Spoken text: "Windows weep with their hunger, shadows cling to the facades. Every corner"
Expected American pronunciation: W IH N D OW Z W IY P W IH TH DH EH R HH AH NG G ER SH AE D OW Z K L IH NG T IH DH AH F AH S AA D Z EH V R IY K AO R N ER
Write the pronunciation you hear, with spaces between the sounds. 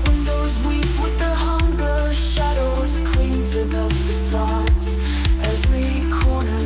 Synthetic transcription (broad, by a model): W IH N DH OW Z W IY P W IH DH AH HH AH NG G ER SH AE D OW Z K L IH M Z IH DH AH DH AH S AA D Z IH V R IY K AO R N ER